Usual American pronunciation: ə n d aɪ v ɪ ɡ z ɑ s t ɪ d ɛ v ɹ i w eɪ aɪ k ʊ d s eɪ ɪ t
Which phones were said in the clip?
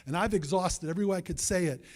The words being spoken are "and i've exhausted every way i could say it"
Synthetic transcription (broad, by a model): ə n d aɪ v ɪ ɡ z ɑ s t ɪ d ɛ v ɹ i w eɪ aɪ k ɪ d s eɪ ɪ t